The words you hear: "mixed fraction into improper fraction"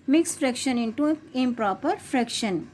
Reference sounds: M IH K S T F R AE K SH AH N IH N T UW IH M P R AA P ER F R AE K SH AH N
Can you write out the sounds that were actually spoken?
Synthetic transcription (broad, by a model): M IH K S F R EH K SH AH N IH N T UW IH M P R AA P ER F R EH K SH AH N